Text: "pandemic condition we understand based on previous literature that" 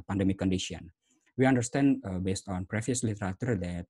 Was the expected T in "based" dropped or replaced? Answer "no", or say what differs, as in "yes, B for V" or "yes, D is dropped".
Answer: no